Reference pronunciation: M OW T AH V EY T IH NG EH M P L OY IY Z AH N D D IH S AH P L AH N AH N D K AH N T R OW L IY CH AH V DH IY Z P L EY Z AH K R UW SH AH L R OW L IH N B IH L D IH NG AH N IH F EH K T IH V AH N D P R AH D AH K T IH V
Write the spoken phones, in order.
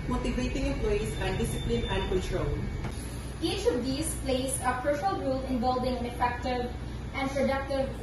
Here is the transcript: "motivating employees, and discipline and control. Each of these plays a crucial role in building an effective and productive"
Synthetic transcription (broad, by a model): M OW T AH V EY T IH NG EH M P L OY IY S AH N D D IH S AH P L AH N AH N D K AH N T R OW L IY CH AH V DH IY S P L EY S AH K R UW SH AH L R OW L IH N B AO L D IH NG AH N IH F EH K T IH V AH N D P R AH D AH K T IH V